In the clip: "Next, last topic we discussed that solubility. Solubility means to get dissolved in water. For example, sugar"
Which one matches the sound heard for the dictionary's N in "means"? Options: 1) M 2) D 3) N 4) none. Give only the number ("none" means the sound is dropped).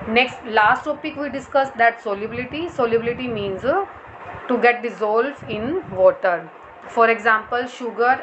3